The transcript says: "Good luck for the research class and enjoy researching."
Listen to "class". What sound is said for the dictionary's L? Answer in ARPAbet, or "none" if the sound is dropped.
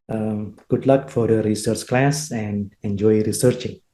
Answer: L